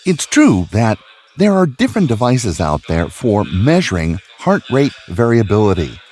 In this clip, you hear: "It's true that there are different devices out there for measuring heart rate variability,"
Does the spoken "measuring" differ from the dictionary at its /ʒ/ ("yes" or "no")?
no